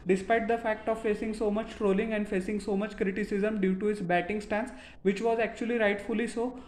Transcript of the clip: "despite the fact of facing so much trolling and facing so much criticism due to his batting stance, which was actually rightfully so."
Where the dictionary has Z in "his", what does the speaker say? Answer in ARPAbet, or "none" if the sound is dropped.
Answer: S